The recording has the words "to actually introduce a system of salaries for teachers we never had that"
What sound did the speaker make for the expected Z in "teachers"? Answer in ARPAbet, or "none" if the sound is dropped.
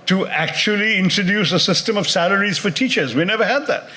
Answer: Z